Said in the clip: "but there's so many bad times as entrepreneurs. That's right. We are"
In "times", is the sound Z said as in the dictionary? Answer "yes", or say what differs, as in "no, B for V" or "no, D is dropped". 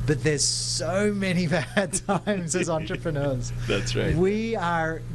yes